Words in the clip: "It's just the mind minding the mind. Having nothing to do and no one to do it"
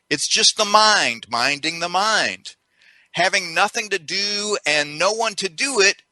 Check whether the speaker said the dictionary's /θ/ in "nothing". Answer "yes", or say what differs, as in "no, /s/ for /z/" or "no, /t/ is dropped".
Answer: yes